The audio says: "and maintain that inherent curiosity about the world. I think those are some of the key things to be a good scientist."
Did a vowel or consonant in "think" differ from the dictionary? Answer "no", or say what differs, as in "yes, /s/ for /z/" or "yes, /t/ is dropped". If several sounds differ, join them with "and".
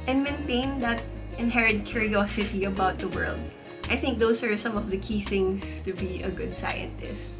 no